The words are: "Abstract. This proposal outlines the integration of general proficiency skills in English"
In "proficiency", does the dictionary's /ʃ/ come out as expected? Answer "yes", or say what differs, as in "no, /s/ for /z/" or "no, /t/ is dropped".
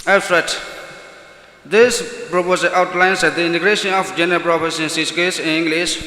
no, /s/ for /ʃ/